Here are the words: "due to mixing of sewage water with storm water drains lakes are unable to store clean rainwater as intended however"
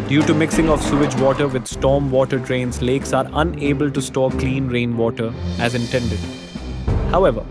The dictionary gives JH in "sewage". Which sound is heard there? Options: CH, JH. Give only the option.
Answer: JH